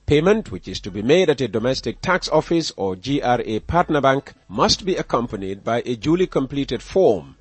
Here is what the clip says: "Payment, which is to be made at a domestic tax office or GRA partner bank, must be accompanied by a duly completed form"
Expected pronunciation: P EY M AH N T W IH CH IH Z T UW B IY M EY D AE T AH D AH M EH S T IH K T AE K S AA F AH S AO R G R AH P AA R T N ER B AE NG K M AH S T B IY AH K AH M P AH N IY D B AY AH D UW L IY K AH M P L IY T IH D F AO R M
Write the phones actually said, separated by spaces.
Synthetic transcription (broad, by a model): P EY M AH N T W IH CH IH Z T UW B IY M EY D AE T AH D AH M EH S T IH K T AE K S AA F AH S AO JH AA R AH P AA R T N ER B AE NG K M AH S T B IY AH K AH M P AH N IY D B AY AH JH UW L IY K AH M P L IY T IH D F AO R M